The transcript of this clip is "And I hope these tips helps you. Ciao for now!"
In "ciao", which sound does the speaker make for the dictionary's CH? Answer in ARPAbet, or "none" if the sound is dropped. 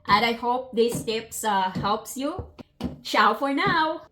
SH